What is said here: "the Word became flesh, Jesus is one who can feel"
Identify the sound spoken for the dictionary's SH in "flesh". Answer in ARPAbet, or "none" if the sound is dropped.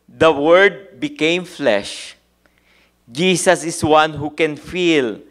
SH